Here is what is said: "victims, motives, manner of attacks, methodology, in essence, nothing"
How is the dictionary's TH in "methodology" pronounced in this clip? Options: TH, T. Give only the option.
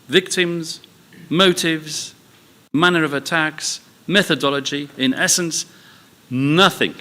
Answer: TH